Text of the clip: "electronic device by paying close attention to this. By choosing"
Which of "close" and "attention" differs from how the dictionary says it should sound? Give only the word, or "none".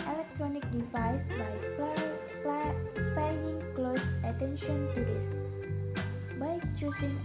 none